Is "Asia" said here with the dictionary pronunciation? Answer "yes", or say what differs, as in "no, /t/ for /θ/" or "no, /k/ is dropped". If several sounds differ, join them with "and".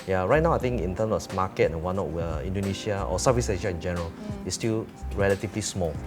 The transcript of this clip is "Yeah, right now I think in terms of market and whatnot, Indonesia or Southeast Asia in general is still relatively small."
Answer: no, /ʃ/ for /ʒ/